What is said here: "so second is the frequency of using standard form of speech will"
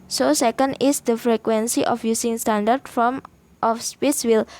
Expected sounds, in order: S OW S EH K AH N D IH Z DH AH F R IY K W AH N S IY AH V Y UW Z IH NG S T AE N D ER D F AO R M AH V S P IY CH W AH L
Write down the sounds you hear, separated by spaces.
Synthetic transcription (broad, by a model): S OW S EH K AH N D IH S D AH F R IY K W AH N S IY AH F Y UW S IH NG S T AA N D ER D F AO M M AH F S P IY S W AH L